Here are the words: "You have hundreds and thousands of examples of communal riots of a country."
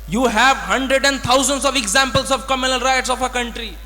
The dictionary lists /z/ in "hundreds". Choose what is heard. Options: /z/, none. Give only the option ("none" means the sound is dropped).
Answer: none